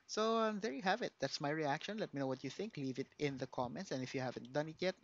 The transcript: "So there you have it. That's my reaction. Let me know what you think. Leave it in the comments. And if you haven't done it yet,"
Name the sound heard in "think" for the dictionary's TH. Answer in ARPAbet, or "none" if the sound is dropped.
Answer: TH